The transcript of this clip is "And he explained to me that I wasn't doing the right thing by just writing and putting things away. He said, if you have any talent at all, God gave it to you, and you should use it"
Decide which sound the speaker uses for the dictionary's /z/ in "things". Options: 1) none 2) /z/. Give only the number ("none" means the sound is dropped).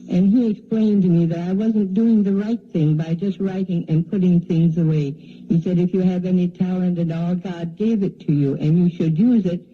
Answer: 2